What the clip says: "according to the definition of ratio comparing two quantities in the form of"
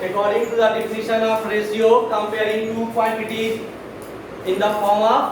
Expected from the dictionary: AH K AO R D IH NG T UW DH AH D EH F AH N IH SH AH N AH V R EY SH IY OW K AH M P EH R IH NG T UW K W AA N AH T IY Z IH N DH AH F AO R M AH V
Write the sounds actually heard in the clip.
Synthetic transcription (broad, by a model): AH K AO R D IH NG T UW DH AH D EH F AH N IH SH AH N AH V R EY S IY OW K AH M P EH R IH NG T UW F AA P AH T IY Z IH N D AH F AO R M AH